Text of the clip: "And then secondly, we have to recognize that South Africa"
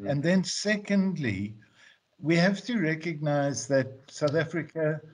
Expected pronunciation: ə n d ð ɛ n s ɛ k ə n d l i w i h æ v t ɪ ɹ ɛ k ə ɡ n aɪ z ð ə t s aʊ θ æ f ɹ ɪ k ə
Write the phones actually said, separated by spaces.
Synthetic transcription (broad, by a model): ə n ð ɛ n s ɛ k ə n d l i w i h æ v t ɪ ɹ ɛ k ə ɡ n aɪ z ð ə t s aʊ θ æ f ɹ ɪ k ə